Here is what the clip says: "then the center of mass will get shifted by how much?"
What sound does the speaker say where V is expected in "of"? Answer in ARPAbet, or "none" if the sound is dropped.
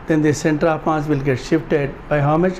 P